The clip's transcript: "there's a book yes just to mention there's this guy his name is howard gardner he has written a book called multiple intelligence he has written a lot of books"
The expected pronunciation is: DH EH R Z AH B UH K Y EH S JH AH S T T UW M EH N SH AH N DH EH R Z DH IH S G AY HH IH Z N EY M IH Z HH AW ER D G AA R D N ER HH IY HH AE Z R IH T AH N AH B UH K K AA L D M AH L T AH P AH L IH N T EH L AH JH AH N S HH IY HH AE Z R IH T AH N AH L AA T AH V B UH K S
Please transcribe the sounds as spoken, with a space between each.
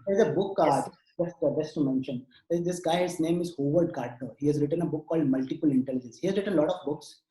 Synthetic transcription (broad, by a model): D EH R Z AH B UH K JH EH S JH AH S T T UW M EH N SH AH N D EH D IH S G AY HH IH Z N EY M IH Z HH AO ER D G AA R D N ER HH IY HH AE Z R IH T AH N AH B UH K K AA L D M AH L T AH P AH L IH N T EH L AH JH AH N S HH IY HH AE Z R IH T AH N L AA T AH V B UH K S